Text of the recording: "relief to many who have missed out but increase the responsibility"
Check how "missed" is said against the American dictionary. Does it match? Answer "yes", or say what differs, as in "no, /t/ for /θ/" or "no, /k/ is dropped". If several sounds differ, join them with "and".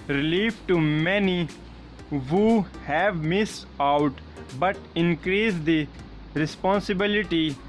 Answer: no, /t/ is dropped